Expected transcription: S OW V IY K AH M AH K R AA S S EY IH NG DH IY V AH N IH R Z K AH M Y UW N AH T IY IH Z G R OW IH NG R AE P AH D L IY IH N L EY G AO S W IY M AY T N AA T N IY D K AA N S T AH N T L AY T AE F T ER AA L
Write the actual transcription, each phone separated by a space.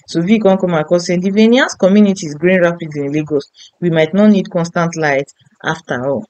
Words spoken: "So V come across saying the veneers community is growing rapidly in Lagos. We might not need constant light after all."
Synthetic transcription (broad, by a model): S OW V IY K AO M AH K AA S S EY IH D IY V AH N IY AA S K AH M Y UW N AH T IY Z G R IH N R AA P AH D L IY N L EY G AO S W IY M AY T N AA T N IY D K AA N S T AH N T L AY T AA F T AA AA L